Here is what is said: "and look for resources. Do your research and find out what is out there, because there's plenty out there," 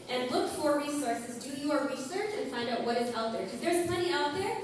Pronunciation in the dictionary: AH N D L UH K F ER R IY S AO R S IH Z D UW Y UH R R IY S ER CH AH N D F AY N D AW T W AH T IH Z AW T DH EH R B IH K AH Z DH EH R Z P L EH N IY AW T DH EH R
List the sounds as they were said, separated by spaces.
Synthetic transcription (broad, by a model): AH N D L UH K F ER R IY S AO R S IH Z D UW Y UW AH R IY S ER CH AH N F AY N D AW T W AH T IH Z AW T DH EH R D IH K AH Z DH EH R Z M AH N IY AW T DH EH R